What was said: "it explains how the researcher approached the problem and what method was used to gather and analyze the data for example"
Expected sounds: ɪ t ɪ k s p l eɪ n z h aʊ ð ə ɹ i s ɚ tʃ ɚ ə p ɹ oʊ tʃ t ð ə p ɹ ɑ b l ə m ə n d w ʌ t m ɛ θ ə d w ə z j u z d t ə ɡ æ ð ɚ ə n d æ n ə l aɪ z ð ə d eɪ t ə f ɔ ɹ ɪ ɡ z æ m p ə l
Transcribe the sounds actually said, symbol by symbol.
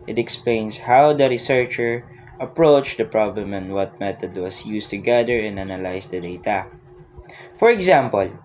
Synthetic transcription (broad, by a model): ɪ t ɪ k s p l eɪ n s h aʊ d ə ɹ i s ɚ tʃ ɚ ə p ɹ oʊ tʃ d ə p ɹ ɑ b l ə m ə n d w ʌ t m ɛ t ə d w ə s j u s t ə ɡ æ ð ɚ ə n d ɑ n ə l aɪ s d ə d eɪ t ə f ɔ ɹ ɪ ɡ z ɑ m p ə l